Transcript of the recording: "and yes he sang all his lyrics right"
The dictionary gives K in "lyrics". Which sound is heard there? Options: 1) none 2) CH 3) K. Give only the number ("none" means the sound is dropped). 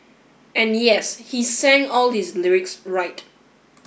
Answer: 3